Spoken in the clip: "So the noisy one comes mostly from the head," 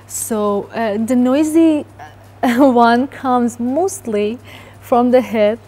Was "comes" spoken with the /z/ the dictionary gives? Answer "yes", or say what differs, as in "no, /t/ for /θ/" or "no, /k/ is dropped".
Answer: yes